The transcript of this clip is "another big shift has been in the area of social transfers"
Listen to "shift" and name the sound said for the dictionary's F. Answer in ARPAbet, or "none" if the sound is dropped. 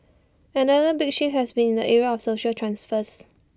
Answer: none